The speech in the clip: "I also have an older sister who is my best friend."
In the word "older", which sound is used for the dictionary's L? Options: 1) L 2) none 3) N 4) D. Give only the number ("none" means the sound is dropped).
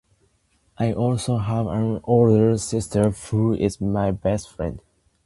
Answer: 1